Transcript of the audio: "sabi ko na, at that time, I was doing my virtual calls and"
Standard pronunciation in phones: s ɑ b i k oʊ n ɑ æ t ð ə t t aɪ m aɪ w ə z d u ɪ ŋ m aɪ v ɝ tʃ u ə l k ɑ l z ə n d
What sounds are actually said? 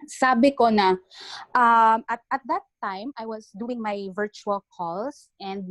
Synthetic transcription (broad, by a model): s ɑ b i k oʊ n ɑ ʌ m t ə t t aɪ m aɪ w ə s d u ɪ ŋ m aɪ v ɝ tʃ u ə l k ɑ l s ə n d